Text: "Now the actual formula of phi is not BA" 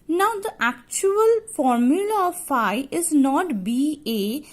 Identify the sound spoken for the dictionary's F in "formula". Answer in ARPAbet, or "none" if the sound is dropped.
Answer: F